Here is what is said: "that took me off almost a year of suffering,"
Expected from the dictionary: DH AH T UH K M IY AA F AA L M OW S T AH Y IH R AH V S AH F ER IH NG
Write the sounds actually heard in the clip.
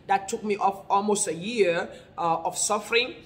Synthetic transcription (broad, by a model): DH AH T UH K M IY AA F AA L M OW S T AH Y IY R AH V S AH F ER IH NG